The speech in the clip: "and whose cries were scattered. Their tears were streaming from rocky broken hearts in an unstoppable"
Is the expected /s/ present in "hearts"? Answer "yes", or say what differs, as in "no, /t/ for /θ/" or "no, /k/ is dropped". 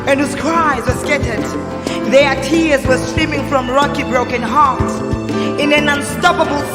no, /s/ is dropped